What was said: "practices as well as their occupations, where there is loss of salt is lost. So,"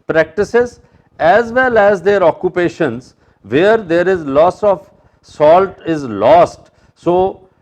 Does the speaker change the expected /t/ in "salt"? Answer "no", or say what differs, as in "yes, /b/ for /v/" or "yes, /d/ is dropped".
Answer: no